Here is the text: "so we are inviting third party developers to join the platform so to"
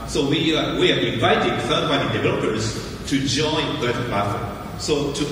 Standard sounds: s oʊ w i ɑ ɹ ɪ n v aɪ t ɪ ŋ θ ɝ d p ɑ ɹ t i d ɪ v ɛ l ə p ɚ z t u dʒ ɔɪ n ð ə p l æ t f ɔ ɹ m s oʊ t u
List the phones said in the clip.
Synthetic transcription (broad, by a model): s oʊ w i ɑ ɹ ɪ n v aɪ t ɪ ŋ f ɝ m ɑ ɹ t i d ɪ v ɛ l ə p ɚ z t u dʒ ɔɪ n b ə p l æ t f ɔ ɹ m s oʊ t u